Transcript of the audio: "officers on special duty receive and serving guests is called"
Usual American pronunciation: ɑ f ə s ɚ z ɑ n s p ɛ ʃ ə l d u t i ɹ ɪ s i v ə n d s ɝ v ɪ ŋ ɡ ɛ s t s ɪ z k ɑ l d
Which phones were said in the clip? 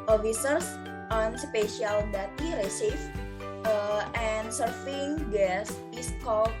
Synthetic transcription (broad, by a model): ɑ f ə s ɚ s ɑ n s p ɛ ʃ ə l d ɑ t i ɹ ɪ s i f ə n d s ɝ f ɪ ŋ ɡ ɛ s s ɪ s k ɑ l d